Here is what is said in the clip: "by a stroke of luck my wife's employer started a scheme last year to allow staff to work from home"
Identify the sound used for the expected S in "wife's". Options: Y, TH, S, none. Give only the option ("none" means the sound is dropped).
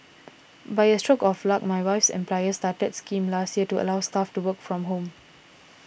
S